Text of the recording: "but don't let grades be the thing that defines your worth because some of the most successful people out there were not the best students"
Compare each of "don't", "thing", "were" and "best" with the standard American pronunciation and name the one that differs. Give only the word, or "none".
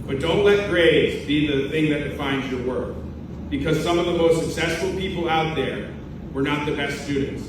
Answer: none